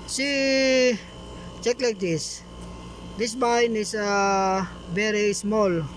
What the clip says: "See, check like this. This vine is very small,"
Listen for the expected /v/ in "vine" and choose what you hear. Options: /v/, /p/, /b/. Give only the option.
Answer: /b/